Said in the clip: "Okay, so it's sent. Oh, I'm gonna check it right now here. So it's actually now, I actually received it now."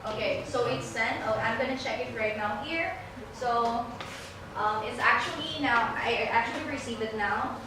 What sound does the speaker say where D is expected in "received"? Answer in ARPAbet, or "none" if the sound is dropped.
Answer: none